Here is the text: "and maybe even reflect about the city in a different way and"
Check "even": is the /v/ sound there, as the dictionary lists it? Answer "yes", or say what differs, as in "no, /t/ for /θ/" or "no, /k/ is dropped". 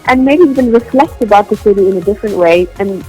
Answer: no, /b/ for /v/